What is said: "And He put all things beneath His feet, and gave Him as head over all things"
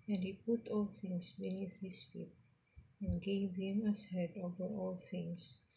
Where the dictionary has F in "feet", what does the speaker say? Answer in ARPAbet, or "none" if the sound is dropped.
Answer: F